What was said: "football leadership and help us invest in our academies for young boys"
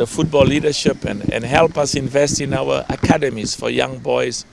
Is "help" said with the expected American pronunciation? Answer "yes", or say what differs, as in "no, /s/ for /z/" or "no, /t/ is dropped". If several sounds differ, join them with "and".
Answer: yes